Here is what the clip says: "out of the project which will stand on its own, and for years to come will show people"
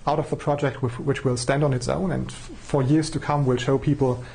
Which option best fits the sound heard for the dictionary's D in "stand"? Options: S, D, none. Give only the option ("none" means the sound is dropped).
D